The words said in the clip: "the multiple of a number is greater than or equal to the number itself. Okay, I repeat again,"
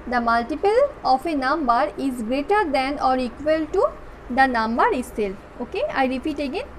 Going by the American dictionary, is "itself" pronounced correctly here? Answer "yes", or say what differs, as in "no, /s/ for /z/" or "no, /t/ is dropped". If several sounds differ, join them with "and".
no, /f/ is dropped